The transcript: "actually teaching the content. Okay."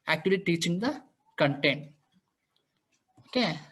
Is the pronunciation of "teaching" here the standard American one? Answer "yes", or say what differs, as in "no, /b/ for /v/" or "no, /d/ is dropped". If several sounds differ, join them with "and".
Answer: yes